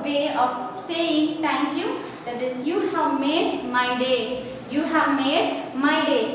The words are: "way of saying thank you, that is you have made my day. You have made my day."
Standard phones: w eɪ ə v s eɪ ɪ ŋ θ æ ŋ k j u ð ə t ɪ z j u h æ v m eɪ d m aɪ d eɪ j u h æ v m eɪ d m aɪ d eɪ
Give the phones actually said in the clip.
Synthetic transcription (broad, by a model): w eɪ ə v s eɪ ɪ ŋ t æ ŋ k j u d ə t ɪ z j u h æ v m eɪ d m aɪ d eɪ j u h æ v m eɪ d m aɪ d eɪ